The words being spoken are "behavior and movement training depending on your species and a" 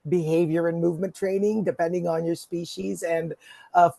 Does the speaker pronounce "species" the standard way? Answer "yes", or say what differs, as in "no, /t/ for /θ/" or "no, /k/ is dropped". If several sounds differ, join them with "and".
yes